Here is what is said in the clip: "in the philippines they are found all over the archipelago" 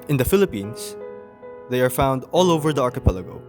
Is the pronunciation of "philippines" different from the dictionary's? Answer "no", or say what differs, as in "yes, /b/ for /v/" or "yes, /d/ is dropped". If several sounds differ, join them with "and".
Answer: yes, /s/ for /z/